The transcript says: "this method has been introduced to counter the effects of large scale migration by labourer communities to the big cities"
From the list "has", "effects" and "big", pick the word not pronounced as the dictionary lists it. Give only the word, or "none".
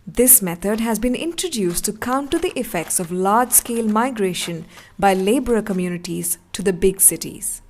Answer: none